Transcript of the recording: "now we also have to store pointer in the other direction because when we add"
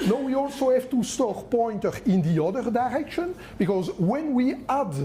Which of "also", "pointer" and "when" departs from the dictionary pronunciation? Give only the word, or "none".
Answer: none